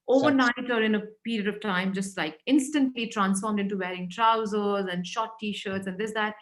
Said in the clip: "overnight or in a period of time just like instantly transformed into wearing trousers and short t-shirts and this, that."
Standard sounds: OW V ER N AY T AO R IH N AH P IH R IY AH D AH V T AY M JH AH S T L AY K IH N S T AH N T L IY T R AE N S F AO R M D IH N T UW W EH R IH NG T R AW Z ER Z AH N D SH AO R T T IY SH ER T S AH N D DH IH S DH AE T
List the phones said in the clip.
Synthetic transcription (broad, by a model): OW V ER N AY T AO R IH N AH P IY R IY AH D AH V T AY M JH AH S T L AY K IH N S T AH N T L IY T R AE N S F AO R M D IH N T UW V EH R IH NG T R AW Z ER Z AH N D SH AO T T IY SH ER T S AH N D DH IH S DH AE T